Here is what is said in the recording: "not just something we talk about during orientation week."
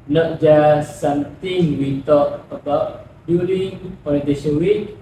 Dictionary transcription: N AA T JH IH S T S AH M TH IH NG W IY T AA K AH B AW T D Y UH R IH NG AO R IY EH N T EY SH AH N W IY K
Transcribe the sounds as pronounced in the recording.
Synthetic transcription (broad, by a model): N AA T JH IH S S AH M T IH NG W IY T AA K AH B AW T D Y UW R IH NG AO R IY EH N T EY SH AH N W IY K